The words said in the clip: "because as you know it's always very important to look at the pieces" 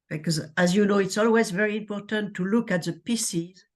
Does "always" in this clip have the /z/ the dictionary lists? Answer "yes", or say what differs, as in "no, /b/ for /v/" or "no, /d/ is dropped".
yes